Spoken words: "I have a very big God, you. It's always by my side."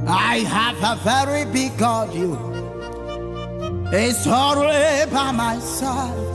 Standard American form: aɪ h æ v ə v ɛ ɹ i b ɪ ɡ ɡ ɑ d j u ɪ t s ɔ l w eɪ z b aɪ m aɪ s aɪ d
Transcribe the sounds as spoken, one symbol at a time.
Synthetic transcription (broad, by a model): aɪ h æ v ə v ɛ ɹ i b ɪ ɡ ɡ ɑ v j u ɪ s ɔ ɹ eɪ b aɪ m aɪ s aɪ